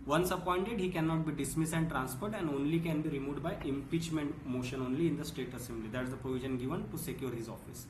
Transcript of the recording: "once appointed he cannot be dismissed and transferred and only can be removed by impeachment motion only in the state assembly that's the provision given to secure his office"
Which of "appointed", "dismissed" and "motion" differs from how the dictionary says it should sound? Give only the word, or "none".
dismissed